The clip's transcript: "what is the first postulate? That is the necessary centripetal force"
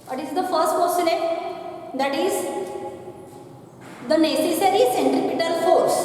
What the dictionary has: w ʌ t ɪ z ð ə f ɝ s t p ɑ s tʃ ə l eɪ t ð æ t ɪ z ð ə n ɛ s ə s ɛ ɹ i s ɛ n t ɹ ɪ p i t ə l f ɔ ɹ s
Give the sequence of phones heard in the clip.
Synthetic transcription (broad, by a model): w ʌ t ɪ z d ə f ɝ s t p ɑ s ə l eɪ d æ t ɪ z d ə n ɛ s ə s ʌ ɹ i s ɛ n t ɹ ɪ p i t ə l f ɔ ɹ s